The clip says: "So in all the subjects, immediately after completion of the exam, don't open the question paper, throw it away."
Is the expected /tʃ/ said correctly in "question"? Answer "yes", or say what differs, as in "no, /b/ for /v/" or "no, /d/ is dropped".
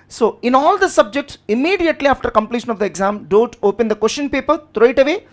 no, /ʃ/ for /tʃ/